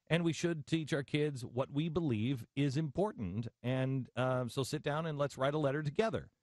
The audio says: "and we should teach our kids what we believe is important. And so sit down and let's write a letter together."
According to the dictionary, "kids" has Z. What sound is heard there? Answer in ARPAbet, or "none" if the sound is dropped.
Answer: Z